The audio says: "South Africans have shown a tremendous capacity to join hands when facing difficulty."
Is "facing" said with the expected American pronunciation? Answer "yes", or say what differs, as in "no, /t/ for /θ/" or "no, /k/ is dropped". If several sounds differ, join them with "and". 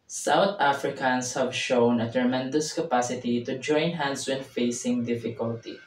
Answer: yes